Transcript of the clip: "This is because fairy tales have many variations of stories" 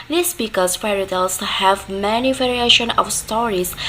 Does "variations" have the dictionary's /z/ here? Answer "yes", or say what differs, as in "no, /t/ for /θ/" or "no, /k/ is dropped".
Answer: no, /z/ is dropped